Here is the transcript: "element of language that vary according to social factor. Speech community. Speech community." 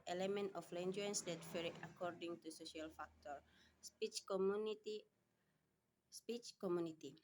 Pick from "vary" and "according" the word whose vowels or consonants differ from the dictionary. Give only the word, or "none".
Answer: vary